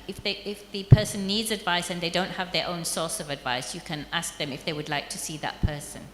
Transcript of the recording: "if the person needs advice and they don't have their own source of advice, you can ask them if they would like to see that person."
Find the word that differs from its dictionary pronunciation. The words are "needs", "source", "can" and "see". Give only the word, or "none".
none